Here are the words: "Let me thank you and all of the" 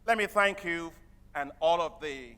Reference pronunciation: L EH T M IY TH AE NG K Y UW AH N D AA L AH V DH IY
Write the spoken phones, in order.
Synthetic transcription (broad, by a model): L EH T M IY TH AE NG K Y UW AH N AA L AH V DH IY